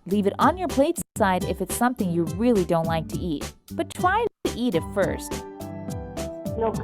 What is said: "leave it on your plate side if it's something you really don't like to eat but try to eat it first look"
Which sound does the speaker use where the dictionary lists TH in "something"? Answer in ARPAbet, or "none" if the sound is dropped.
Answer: TH